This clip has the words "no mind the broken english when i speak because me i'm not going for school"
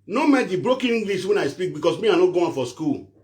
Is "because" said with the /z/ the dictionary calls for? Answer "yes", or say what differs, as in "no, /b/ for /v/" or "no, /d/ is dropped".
no, /s/ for /z/